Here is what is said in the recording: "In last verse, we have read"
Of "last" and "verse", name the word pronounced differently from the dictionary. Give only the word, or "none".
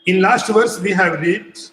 none